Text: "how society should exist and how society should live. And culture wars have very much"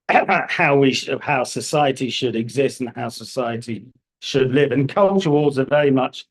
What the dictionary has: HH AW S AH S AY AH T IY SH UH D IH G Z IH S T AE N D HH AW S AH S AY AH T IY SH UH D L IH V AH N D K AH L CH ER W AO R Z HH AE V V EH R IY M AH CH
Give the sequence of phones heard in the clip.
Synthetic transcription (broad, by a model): HH AW S AH S AY AH T IY SH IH D IH G Z IH S T N HH AW S AH S AY AH T IY SH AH D L IH V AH N K AH L CH ER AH L Z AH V V EH R IY M AH CH